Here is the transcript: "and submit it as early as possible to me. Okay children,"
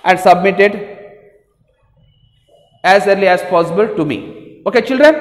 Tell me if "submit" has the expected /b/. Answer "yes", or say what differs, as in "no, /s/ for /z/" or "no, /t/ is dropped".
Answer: yes